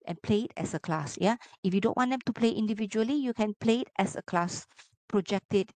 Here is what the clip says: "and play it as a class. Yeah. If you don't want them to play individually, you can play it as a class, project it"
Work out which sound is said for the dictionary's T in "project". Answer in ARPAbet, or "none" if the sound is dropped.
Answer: T